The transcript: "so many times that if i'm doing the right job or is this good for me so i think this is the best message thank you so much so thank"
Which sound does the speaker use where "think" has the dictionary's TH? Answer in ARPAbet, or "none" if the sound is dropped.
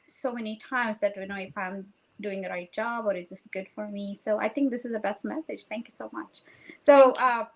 TH